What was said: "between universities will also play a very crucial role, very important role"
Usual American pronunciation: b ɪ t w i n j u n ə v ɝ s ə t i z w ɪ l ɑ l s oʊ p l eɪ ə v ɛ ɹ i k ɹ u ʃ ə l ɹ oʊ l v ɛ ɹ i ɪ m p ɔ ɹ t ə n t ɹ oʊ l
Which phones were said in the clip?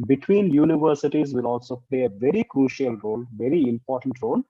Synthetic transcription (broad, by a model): b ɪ t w i n j u n ə v ɝ s ə t i z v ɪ l ɑ l s oʊ p l eɪ ə v ɛ ɹ i k ɹ u ʃ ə l ɹ oʊ l v ɛ ɹ i ɪ m p ɔ ɹ t ə n t ɹ oʊ l